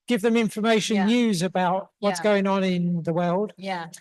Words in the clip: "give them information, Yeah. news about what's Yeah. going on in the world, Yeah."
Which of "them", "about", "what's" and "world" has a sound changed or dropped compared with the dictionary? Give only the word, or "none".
none